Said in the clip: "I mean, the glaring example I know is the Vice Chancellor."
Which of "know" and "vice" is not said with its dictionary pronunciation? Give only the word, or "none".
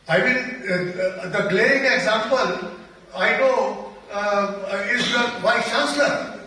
vice